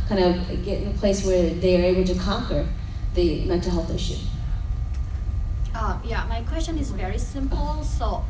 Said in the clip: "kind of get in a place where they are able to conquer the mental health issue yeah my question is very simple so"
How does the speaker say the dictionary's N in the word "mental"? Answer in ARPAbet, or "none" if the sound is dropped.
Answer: none